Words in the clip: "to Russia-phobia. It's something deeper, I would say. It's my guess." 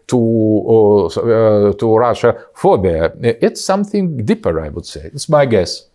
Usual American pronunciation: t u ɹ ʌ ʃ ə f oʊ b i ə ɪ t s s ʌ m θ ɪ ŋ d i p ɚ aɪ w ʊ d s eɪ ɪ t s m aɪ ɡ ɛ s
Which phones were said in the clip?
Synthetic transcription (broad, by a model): t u ɹ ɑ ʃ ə f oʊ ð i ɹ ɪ t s s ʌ m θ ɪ ŋ d i p ɚ aɪ w ʊ d s eɪ ɪ t s m aɪ ɡ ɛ s